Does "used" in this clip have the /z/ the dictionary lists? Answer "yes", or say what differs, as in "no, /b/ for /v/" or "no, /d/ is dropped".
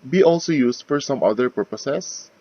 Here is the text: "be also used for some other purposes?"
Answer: no, /s/ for /z/